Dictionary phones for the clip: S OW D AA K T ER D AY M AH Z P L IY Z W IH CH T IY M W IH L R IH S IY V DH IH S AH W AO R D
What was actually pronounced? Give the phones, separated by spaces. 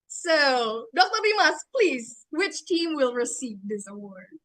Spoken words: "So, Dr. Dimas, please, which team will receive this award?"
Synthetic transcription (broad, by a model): S OW D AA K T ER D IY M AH S P L IY Z W IH CH T IY M W IH L R IH S IY V DH IH S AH W AO R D